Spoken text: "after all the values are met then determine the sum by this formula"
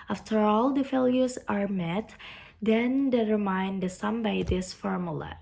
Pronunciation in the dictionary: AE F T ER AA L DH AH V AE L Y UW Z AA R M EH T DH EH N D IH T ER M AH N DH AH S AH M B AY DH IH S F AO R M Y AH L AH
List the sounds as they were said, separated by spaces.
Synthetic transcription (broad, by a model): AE F T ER AA L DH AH F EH L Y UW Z AA R M EH T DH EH N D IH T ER M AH N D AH S AH M B AY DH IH S F AO R M Y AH L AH